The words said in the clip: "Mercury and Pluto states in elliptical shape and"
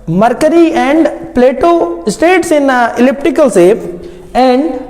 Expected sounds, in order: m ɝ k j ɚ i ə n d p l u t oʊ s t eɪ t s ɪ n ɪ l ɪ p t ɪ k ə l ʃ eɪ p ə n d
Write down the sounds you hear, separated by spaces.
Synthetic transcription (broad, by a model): m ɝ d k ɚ i ə n d p l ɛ t oʊ s t eɪ t s ɪ n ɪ l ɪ p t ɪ k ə l s eɪ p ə n d